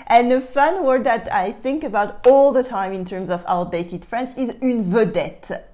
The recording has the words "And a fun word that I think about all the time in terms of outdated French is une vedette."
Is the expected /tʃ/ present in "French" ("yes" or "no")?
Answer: no